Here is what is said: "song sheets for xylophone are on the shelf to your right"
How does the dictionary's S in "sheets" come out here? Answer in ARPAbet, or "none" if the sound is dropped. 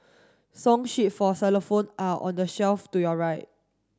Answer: none